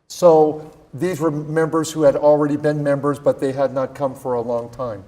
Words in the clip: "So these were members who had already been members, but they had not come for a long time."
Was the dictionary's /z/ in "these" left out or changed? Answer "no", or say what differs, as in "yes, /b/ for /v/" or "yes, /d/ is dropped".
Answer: no